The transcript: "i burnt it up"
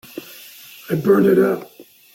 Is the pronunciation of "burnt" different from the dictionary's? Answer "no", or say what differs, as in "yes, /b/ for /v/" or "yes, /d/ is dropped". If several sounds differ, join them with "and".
yes, /t/ is dropped